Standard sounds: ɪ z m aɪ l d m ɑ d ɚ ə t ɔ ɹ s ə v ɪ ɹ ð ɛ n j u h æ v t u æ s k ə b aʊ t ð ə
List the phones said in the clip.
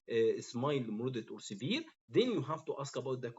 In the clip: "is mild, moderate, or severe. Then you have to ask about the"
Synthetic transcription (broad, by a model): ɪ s m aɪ l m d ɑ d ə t ɔ ɹ s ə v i ɹ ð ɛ n j u h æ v t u æ s k ə b aʊ t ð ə